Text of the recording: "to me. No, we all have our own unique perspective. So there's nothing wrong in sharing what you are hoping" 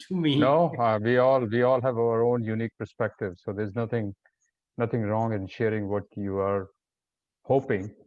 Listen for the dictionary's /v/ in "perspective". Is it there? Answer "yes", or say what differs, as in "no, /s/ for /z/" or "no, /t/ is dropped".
yes